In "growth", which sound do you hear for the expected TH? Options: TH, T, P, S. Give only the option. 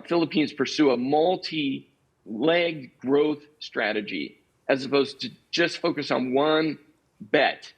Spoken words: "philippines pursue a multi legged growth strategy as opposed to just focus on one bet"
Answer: TH